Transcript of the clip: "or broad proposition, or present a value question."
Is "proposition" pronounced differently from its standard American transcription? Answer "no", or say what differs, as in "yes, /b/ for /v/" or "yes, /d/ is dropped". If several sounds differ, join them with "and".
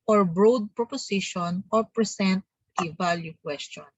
yes, /s/ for /z/